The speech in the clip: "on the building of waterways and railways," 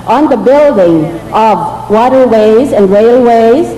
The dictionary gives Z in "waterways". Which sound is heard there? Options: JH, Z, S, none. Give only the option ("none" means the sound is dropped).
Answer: Z